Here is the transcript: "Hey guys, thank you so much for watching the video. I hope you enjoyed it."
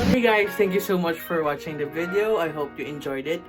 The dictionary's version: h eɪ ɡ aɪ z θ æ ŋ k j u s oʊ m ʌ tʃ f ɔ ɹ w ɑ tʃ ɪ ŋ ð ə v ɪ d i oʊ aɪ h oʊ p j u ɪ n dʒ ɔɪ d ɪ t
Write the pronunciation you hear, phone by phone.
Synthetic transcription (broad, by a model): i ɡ aɪ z t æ ŋ k j u s oʊ m ʌ tʃ f ɔ ɹ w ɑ tʃ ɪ ŋ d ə v ɪ d i oʊ aɪ h oʊ p j u ɪ n dʒ ɔɪ d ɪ t